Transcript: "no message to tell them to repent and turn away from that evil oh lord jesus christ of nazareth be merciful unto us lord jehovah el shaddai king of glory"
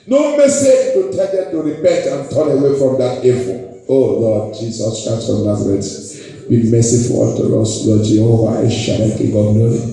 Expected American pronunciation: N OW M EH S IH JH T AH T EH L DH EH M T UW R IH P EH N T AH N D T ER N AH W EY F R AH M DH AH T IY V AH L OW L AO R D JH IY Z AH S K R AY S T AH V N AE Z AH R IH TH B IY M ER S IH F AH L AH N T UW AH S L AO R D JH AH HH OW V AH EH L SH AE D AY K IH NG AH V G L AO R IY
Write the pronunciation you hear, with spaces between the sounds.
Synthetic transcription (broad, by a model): N OW M EH S IH JH T AH T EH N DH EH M T UW R IH P EH N T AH N T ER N AH W EY F R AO M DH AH T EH F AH OW L AO D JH IY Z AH S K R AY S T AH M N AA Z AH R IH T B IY M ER S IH F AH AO T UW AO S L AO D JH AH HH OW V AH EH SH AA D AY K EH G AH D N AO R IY